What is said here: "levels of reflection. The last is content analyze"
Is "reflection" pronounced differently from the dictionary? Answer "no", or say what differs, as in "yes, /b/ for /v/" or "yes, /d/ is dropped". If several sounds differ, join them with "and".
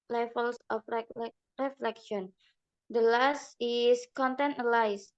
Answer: no